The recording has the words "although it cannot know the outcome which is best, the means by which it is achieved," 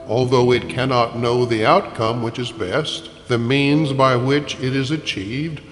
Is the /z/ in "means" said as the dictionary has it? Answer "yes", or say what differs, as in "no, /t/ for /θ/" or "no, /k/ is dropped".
yes